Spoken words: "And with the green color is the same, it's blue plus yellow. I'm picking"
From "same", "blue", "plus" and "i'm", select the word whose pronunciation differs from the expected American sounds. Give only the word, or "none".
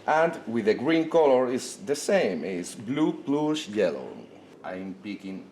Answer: plus